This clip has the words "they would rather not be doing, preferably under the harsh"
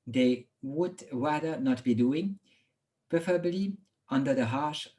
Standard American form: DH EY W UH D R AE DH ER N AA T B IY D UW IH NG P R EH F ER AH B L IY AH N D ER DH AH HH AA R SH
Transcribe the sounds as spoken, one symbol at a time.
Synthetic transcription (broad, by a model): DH EY W UH D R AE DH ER N AA T B IY D UW IH NG P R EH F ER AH B L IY AH N D ER DH AH HH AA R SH